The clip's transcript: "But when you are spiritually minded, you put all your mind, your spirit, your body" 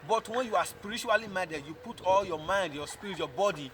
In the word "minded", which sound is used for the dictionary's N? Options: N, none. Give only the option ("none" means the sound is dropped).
none